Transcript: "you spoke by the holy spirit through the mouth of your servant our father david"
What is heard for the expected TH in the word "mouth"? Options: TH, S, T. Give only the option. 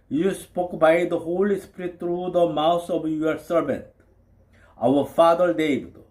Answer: S